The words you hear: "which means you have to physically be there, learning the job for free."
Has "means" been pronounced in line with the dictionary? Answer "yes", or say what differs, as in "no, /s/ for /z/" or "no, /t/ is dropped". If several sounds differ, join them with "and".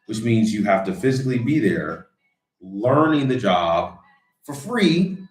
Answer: yes